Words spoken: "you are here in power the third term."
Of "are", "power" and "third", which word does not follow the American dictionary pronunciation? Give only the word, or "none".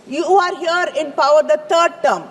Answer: third